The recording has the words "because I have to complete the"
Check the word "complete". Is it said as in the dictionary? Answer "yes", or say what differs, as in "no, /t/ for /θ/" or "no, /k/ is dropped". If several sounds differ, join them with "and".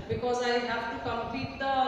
no, /l/ is dropped